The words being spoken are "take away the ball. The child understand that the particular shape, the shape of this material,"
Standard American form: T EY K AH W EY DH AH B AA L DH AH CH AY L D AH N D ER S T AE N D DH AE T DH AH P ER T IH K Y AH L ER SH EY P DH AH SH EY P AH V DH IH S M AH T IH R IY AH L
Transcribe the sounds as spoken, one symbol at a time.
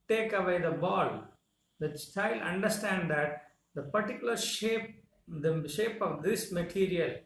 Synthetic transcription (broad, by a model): T EY K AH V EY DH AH B AA L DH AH S AY L AH N D ER S T AE N D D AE T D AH P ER T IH K Y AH L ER SH EY P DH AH SH EY P AH V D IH S M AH T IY R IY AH L